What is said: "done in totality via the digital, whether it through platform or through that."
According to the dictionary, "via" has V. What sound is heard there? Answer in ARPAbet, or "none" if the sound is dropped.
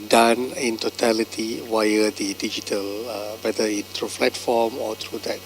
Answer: W